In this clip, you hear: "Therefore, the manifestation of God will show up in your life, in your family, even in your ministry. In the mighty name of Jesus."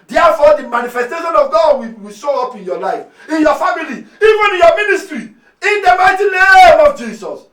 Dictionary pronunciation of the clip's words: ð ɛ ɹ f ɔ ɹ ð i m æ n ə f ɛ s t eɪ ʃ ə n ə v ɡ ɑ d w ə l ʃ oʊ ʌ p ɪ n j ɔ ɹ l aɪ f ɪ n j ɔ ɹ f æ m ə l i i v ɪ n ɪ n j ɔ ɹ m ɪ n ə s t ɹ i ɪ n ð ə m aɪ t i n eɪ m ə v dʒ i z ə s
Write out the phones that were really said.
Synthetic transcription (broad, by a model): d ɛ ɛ f ɔ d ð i m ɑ n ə f ɛ s t eɪ ʃ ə n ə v ɡ ɑ d w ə w ʃ oʊ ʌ p ɪ n j ɔ l aɪ f ɪ n j ɔ f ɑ m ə l i i v ɪ n ɪ n j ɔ m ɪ n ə s t ɹ i ɪ n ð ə m aɪ t i n eɪ m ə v dʒ i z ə s